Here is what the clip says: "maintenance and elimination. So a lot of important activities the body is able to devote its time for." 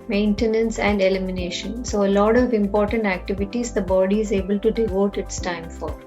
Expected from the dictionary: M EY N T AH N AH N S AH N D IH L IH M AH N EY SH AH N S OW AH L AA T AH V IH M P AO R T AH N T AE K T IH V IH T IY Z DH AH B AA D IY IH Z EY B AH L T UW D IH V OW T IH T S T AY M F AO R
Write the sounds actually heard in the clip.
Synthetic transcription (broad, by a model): M EY N T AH N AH N S AH N D IH L IH M AH N EY SH AH N S OW AH L AA T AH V IH M P AO R T AH N T AE K T IH V IH T IY Z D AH B AA D IY IH Z EY B AH L T UW D IH V OW T IH T S T AY M F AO R